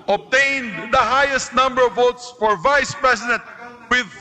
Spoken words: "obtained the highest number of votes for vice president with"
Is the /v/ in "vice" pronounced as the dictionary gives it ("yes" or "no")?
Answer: yes